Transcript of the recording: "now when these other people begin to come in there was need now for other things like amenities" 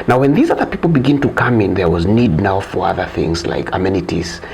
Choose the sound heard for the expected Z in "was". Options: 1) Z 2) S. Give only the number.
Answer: 1